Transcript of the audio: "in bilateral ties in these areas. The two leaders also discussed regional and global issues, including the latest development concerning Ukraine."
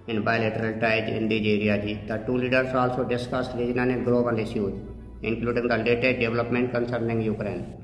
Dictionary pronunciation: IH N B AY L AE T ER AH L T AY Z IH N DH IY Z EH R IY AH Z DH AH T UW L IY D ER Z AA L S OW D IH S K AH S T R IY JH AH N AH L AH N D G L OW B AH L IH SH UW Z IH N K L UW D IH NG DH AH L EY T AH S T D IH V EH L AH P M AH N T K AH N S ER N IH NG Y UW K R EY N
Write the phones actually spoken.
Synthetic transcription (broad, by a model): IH N B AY L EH T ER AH L T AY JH IH N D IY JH EH R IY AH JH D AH T UW L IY D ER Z AA L S OW D IH S K AH S T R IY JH N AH N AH G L OW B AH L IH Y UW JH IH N K L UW D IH NG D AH L EY T AH S T D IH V L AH P M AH N T K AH N S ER N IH NG Y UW K R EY N